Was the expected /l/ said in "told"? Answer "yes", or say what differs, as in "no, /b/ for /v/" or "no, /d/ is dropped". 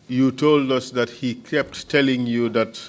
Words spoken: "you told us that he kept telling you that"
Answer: yes